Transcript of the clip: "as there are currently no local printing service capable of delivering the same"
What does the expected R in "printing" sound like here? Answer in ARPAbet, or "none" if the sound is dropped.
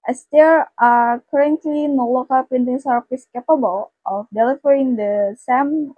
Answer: none